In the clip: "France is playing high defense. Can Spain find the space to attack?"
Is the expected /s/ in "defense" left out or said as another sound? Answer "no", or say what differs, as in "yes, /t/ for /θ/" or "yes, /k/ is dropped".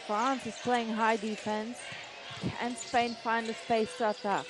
no